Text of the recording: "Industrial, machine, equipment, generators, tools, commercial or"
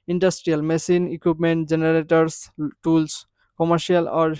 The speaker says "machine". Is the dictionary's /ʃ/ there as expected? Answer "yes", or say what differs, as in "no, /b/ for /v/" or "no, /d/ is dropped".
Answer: no, /s/ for /ʃ/